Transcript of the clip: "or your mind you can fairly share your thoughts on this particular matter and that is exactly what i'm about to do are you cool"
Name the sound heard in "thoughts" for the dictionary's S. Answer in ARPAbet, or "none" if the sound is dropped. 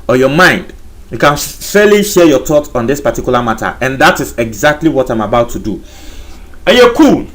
none